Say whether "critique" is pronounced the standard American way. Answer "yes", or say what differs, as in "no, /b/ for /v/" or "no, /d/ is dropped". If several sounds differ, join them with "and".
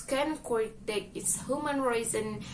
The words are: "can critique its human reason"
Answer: no, /w/ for /ɹ/